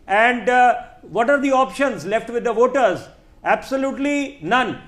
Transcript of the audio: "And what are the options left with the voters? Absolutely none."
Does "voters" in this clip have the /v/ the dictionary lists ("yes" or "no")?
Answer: yes